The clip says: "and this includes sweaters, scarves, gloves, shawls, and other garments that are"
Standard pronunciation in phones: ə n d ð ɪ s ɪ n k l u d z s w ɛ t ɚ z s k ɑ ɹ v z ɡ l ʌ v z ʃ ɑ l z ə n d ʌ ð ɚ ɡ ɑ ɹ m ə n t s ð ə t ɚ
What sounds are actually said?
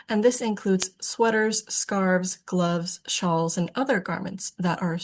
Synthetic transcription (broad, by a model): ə n ð ɪ s ɪ n k l u d z s w ɛ t ɚ z s k ɑ ɹ v z ɡ l ʌ v z ʃ ɑ l z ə n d ʌ ð ɚ ɡ ɑ ɹ m ə n t s ð ə t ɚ